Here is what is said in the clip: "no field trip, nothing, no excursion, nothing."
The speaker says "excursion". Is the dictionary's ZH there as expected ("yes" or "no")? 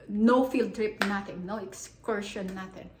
no